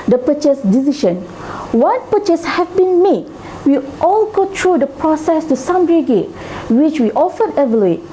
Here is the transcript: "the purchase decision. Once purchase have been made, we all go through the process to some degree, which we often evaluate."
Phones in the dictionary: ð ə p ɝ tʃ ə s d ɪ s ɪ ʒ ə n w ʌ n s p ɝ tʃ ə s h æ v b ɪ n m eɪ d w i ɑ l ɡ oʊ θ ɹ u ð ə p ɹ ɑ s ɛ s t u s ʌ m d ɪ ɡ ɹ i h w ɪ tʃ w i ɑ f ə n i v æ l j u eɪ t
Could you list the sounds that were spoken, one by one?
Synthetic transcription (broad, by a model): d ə p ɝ tʃ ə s d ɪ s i ʃ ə n w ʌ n p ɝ tʃ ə s h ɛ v b ɪ n m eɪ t w i ɑ l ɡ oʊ t ɹ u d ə p ɹ ɑ s ɛ s t u s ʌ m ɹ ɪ ɡ ɛ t w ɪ tʃ w i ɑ f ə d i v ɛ l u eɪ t